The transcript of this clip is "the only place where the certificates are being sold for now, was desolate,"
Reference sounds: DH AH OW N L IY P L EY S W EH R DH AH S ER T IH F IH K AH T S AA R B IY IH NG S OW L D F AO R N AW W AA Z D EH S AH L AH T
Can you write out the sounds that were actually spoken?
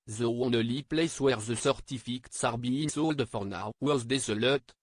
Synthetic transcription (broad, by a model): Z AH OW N L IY P L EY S W EH R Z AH S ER T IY F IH K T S AA R B IY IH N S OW L D F AO R N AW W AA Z D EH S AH L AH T